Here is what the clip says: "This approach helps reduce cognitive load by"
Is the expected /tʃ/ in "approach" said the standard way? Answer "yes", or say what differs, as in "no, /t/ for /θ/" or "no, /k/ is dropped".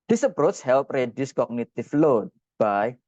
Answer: no, /s/ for /tʃ/